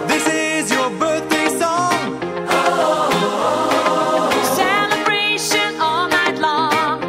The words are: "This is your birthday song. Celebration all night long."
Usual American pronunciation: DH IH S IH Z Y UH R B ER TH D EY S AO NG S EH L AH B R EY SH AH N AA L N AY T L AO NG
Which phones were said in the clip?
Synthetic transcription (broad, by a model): DH IH S IH Z Y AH R B ER TH D EY S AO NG S EH L AH B R EY SH AH N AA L N AY T L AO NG